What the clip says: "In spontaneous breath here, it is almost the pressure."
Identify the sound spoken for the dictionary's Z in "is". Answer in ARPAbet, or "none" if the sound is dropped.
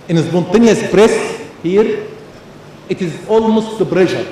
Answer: Z